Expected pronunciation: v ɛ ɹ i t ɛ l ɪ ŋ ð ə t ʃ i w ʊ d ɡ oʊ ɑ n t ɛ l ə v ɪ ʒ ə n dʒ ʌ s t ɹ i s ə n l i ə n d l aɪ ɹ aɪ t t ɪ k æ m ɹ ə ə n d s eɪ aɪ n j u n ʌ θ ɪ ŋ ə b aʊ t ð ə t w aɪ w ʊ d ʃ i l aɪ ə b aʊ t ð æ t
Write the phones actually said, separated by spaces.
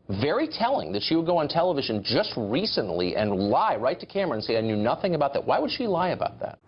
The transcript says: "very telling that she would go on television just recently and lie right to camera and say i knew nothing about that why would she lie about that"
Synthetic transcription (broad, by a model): v ɛ ɹ i t ɛ l ɪ ŋ ð ə t ʃ i w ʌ d ɡ oʊ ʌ n t ɛ l ə v ɪ ʒ ə n dʒ ʌ s t ɹ i s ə n l i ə n l aɪ ɹ aɪ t t ɪ k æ m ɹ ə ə n s eɪ aɪ n j u n ʌ θ ɪ ŋ ə b aʊ t ð ə t w aɪ w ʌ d ʃ i l aɪ ə b aʊ t ð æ t